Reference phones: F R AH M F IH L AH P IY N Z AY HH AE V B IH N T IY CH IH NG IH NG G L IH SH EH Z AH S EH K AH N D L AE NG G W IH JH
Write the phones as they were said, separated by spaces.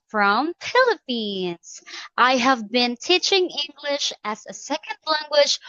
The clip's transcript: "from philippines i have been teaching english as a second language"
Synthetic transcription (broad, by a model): F R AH M P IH L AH P IY N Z AY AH V B IH N T IY CH IH NG IH NG G L IH SH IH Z AH S EH K AH N D L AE NG G W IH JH